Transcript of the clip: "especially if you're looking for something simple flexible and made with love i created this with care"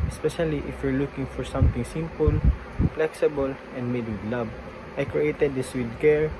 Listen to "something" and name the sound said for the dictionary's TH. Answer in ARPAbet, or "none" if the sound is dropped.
T